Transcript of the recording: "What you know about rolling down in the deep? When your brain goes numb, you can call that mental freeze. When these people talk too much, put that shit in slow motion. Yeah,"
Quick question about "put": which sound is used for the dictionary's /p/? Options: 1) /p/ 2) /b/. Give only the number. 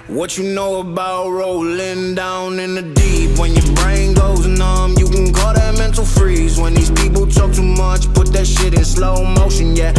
1